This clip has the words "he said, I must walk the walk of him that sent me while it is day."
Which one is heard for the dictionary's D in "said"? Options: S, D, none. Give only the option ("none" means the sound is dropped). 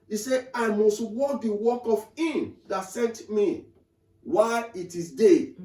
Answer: none